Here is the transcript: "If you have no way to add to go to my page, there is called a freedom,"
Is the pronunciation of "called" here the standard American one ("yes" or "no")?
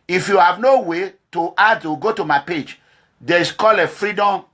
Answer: no